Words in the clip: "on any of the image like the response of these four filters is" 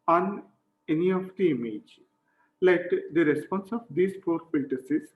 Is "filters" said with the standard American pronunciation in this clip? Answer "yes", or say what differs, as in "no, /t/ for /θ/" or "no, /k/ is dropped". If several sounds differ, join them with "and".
no, /l/ is dropped and /s/ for /z/